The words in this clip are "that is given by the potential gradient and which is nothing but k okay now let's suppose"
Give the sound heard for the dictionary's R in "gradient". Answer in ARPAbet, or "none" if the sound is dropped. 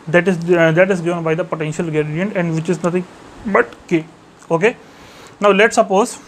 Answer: none